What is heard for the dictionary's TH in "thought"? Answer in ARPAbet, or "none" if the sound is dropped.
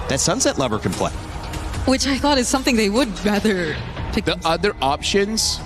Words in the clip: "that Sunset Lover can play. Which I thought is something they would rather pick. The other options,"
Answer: TH